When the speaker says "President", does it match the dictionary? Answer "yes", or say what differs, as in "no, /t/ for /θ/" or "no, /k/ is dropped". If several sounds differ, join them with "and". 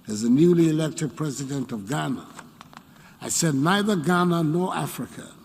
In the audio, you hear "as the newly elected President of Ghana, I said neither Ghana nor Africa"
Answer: yes